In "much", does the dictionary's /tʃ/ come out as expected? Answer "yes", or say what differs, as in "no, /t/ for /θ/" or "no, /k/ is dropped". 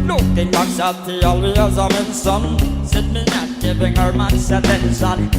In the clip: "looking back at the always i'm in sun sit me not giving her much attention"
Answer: no, /s/ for /tʃ/